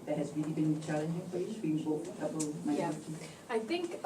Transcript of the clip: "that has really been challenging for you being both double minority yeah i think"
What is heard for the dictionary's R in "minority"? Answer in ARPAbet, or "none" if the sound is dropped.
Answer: none